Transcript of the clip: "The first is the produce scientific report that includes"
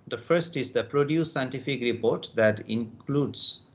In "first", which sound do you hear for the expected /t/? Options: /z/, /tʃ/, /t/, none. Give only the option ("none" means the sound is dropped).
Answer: /t/